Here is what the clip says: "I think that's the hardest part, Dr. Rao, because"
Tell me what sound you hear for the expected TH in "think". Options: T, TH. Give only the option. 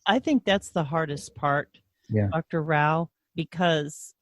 TH